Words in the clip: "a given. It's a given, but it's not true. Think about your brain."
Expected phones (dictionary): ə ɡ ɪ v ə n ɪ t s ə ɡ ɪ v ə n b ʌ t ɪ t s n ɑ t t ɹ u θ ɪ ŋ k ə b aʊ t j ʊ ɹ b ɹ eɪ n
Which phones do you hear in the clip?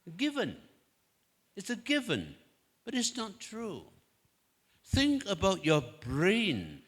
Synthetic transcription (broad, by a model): ɡ ɪ v ə n ɪ t s ə ɡ ɪ v ə n b ʌ t ɪ t s n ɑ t t ɹ u θ ɪ ŋ k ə b aʊ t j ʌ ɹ b ɹ eɪ n